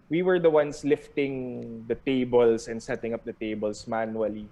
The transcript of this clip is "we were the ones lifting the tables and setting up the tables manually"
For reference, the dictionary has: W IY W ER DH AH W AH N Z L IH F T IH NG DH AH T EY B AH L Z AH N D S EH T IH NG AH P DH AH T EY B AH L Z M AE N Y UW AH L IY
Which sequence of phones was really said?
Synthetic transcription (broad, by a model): W IY W ER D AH W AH N S L IH F T IH NG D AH T EY B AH L S AH N D S EH T IH NG AH P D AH T EY B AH L S M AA N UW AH L IY